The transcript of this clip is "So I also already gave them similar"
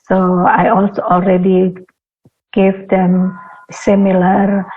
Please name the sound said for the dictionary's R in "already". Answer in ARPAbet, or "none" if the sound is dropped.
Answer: R